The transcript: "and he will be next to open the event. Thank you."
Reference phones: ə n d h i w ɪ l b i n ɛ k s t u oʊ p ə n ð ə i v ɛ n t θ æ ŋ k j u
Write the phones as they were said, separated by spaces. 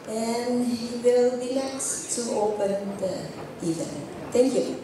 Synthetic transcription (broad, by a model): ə n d h i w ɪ l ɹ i l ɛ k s t u oʊ p ə n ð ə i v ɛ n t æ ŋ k j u